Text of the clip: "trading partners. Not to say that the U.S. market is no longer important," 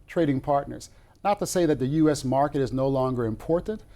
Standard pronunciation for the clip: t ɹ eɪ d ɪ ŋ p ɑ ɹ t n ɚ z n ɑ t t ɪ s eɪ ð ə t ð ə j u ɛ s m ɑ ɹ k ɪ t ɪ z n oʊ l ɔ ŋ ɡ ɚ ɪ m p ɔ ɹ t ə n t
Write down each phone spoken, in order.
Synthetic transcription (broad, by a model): t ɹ eɪ d ɪ ŋ p ɑ ɹ t n ɚ z n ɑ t t ɪ s eɪ ð ə t ð ə j u ɛ s m ɑ ɹ k ɪ t ɪ z n oʊ l ɔ ŋ ɡ ɚ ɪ m p ɔ ɹ t n t